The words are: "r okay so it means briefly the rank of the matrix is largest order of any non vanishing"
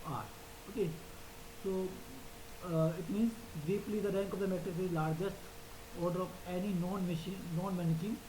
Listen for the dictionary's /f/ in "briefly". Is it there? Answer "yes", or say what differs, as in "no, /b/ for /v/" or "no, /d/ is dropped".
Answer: no, /p/ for /f/